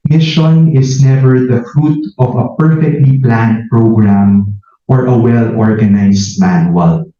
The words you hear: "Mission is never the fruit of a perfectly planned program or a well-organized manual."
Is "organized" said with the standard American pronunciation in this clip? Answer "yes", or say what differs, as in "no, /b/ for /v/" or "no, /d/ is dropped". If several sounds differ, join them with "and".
no, /s/ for /z/